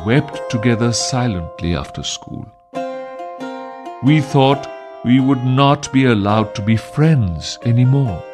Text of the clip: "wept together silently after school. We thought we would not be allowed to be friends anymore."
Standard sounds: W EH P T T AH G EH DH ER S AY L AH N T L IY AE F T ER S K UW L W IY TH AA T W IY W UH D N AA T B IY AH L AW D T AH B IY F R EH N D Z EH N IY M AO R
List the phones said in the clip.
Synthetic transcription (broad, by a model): W EH P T T AH G EH DH ER S AY L AH N T L IY AE F T ER S K UW L W IY TH AA T W IY W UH D N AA T B IY AH L AW D T AH B IY F R EH N D Z EH N IY M AO R